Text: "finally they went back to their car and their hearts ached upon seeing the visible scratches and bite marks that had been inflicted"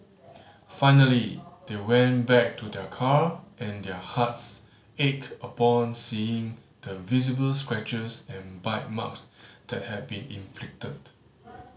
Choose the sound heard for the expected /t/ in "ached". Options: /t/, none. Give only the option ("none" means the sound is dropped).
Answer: none